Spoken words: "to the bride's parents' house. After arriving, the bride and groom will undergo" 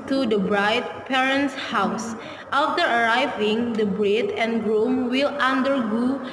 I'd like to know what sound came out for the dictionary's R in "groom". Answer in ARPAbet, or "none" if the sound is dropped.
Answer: R